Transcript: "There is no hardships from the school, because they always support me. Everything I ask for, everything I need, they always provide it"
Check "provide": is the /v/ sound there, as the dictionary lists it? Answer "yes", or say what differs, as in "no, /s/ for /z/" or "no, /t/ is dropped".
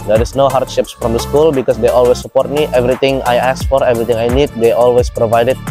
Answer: yes